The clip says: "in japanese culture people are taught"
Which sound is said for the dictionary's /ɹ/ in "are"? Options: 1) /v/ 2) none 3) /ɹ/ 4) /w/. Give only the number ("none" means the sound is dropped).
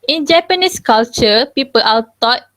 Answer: 4